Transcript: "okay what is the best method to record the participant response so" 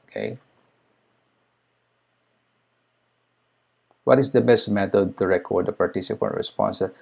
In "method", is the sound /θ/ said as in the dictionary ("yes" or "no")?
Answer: no